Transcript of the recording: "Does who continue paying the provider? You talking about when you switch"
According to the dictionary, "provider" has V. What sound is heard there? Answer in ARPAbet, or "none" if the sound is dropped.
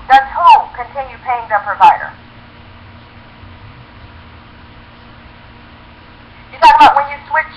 V